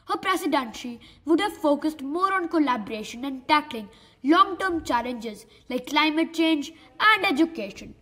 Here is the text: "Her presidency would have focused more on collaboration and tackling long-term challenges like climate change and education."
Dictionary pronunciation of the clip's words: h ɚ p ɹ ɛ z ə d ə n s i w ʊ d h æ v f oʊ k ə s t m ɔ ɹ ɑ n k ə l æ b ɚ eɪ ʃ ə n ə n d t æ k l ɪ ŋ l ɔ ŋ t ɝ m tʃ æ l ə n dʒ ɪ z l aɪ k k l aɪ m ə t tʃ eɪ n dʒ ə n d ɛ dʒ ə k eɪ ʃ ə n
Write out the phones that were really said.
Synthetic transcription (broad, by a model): h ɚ p ɹ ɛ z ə d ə n ʃ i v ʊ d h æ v f oʊ k ə s t m ɔ ɹ ɑ n k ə l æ b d eɪ ʃ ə n ə n d t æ k l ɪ ŋ l ɔ ŋ t ɝ m tʃ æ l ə n dʒ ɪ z l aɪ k k l aɪ m ə t tʃ eɪ n dʒ ə n d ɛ dʒ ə k eɪ ʃ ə n